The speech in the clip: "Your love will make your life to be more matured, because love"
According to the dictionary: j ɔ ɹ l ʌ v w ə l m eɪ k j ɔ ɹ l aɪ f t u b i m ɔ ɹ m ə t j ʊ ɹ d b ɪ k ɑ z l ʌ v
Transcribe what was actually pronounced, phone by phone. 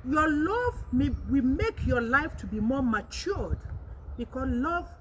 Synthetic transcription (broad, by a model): j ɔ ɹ l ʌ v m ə w m eɪ k j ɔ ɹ l aɪ f t u b i m ɔ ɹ m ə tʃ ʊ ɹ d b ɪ k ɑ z l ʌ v